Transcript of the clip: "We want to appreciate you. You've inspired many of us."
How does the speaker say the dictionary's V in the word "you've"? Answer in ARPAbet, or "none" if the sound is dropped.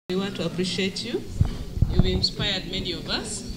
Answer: W